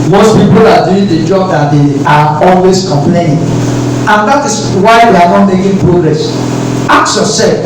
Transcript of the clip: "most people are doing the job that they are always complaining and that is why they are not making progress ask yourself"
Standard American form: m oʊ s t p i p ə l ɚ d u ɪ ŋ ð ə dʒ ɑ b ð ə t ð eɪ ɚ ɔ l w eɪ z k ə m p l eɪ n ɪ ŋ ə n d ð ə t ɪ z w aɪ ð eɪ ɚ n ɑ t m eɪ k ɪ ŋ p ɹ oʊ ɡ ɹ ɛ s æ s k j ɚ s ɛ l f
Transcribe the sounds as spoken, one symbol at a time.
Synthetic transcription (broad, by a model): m oʊ s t p i p ə l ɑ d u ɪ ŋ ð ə dʒ ɑ b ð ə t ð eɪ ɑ ɔ l w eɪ s k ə m p l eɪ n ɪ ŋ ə n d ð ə t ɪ s w aɪ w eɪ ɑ n ɑ t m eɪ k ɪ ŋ p ɹ oʊ ɡ ɹ ɛ s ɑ k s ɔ s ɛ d